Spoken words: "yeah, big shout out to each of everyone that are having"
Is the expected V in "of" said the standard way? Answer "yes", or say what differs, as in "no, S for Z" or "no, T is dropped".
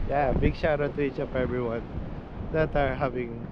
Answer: no, P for V